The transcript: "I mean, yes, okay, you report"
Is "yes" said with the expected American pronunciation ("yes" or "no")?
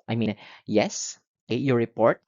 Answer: yes